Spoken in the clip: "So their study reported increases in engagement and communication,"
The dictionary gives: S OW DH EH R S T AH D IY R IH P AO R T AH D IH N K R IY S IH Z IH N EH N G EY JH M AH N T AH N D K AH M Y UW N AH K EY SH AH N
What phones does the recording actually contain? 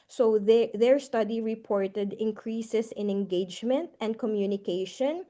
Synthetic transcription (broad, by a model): S OW DH EH R S T AH D IY R IH P AO R T AH D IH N K R IY S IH S IH N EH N G EY JH M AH N T AH N D K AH M Y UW N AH K EY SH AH N